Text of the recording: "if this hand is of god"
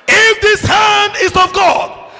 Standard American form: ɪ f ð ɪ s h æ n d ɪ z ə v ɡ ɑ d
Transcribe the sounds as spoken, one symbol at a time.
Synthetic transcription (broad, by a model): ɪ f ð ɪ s h æ n d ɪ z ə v ɡ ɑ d